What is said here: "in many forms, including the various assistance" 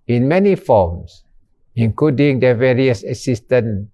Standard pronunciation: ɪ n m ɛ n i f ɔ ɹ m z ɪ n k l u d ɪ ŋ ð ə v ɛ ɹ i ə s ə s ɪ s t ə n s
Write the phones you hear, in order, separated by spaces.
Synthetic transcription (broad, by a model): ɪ n m ɛ n i f ɔ m s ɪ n k l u d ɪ ŋ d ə v ɛ ɹ i ə s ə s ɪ s t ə n